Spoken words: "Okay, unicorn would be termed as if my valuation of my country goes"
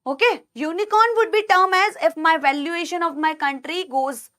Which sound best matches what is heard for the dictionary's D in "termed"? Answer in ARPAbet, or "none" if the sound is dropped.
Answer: none